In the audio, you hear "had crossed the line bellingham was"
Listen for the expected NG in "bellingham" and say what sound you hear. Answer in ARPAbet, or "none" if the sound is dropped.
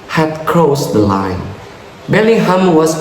none